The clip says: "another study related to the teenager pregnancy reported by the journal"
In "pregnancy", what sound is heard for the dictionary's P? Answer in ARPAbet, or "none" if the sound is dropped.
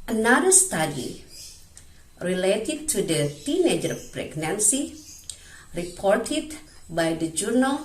P